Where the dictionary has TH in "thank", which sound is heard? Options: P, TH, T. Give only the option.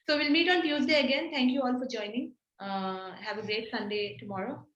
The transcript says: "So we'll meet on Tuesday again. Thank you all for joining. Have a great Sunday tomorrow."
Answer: T